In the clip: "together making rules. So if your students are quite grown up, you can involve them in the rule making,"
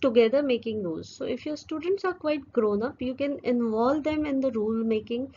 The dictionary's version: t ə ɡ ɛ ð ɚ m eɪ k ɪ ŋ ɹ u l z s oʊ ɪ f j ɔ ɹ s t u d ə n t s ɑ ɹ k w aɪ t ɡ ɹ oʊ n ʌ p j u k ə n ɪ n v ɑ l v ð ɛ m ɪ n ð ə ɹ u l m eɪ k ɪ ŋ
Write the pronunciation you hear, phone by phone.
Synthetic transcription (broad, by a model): t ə ɡ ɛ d ɚ m eɪ k ɪ ŋ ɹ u z s oʊ ɪ f j ɔ ɹ s t u d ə n t s ɑ ɹ k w aɪ t ɡ ɹ oʊ n ʌ p j u k ə n ɪ n v ɑ l v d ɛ m ɪ n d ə ɹ u l m eɪ k ɪ ŋ